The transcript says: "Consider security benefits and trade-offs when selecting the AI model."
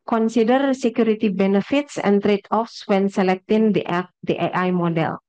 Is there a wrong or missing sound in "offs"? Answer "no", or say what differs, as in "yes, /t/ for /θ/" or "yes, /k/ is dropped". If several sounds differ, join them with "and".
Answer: no